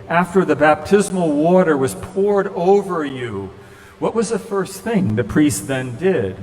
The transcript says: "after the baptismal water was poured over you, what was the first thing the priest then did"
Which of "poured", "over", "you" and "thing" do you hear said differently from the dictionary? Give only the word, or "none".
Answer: none